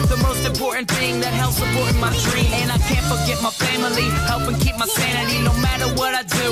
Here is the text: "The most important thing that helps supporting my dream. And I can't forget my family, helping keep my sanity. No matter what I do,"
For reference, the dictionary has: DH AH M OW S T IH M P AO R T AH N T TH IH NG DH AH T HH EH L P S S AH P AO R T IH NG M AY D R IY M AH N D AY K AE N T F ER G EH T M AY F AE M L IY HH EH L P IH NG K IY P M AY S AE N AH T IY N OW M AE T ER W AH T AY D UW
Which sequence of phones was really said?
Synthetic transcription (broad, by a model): DH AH M OW S T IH M P AO R T N TH IH NG DH AH T HH EH L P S S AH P AO R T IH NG M AY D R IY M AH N AY K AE N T F ER G EH T M AY F AE M L IY HH EH L P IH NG K IY P M AY S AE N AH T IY N OW M AE T ER W AH T AY D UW